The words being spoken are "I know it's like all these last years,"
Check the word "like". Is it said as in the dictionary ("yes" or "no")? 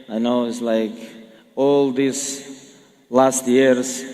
yes